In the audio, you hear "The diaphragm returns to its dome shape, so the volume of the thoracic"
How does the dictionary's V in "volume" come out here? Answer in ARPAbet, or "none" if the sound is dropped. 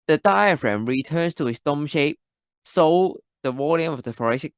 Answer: W